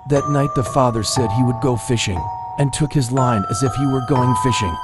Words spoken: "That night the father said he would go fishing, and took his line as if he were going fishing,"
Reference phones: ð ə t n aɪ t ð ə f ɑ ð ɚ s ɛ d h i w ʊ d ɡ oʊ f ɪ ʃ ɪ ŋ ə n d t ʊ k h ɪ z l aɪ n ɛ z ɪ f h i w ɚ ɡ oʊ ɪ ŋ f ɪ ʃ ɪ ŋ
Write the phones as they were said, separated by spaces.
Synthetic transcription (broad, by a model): ð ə t n aɪ t ð ə f ɑ ð ɚ s ɛ d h i w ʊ d ɡ oʊ f ɪ ʃ ɪ ŋ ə n t ʊ k h ɪ z l aɪ n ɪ z ɪ f h i w ɚ ɡ oʊ ɪ ŋ f ɪ ʃ ɪ ŋ